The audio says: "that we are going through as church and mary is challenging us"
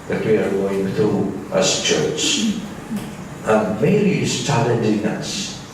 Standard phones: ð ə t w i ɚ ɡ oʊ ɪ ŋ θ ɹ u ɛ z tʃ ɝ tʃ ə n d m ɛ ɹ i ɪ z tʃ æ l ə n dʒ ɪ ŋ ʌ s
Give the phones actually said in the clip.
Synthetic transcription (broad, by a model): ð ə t w i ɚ ɡ oʊ ɪ ŋ θ ɹ u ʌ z tʃ ɝ tʃ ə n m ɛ i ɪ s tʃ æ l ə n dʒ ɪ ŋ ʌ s